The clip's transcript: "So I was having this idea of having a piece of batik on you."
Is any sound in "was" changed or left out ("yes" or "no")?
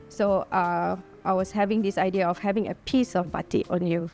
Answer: yes